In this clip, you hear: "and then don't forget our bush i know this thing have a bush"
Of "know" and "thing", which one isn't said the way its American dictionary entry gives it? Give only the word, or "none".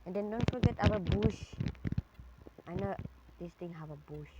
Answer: thing